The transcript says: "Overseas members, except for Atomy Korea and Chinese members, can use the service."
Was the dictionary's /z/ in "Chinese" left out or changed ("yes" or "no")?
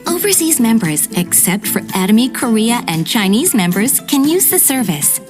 no